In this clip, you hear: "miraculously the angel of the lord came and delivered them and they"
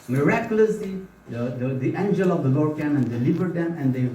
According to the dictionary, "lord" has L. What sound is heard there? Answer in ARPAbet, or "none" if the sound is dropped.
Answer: L